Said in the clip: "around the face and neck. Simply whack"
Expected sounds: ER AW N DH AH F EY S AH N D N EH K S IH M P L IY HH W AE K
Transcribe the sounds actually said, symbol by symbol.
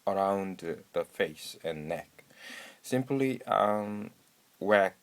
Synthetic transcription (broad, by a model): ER AW N DH AH F EY S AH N N EH K S IH M P L IY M W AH